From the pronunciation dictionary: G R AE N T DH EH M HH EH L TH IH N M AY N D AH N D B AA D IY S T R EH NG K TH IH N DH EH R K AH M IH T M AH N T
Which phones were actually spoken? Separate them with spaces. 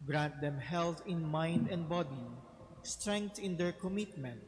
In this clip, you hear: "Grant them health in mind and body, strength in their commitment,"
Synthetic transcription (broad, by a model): G R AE N T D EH M HH EH L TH IH N M AY N D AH N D B AA D IY S T R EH NG K T IH N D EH R K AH M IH T M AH N T